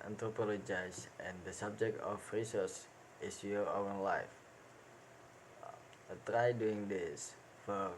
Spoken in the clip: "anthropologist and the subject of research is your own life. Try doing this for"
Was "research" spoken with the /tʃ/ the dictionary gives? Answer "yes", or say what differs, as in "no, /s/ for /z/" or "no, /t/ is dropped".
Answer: no, /s/ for /tʃ/